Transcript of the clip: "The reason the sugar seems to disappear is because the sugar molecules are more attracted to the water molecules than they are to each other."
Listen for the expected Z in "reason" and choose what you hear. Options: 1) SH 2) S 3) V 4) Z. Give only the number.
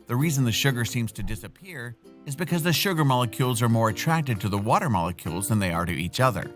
4